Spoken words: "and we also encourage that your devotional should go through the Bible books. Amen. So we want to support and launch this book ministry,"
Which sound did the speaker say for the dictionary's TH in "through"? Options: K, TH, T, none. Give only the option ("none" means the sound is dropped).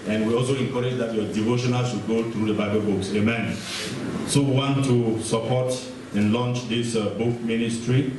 T